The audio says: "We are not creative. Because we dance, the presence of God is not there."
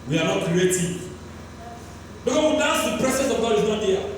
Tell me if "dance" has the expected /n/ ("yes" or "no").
no